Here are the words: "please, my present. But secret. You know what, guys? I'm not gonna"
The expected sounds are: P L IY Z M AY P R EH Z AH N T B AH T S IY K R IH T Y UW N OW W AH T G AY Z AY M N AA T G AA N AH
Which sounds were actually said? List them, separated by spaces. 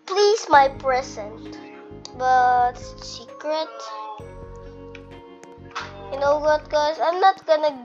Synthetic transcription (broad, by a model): P L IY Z M AY P R EH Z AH N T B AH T S IY K R IH T Y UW N OW W AH T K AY S AY M N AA T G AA N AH